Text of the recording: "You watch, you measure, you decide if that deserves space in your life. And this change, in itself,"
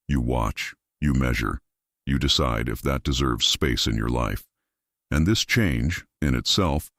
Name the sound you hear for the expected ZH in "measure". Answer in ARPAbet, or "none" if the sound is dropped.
ZH